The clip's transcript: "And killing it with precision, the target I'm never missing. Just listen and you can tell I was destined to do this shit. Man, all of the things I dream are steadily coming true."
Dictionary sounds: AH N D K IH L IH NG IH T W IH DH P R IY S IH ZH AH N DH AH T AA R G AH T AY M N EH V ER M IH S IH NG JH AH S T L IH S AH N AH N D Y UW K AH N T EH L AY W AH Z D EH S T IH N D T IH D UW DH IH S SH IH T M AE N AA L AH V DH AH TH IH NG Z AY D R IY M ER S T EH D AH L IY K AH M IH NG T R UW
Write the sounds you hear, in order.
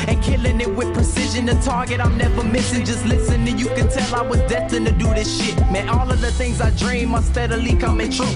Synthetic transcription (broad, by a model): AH N K IH L IH NG IH T W IH DH P R IY S IH ZH AH N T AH T AA R G AH T AY M N EH V ER M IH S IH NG JH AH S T L IH S AH N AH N Y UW K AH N T EH L AY W AH Z D EH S T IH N T IH D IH DH IH S SH IH T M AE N AA L AH V DH AH TH IH NG Z AY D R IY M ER S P EH D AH L IY K AH M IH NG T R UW